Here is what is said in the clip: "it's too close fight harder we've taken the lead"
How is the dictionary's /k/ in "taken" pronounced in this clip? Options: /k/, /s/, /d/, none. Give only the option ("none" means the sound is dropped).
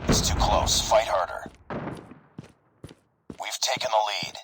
/k/